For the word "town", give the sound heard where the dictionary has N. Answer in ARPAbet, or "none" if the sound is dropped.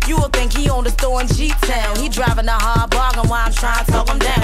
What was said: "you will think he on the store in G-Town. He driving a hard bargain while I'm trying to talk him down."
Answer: L